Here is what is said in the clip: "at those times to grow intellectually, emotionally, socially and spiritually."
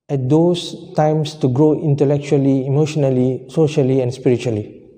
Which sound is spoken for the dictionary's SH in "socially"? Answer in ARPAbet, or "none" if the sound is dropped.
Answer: SH